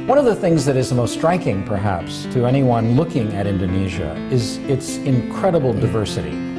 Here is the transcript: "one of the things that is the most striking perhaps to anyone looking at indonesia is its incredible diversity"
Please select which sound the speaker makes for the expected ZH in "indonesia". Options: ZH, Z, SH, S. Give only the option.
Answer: ZH